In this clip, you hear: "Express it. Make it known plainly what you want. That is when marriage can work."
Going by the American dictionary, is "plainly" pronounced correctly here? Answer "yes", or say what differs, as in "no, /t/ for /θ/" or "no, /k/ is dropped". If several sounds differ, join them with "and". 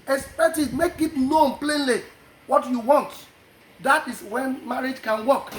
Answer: yes